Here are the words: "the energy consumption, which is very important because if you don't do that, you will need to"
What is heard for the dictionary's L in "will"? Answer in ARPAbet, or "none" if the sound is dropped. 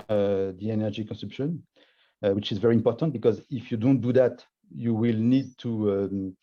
L